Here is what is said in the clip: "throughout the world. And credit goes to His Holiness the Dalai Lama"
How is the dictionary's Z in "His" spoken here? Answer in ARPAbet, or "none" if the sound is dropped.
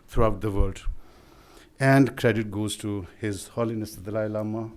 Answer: Z